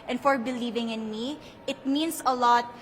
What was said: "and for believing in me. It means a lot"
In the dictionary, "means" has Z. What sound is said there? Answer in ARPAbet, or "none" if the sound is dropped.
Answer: S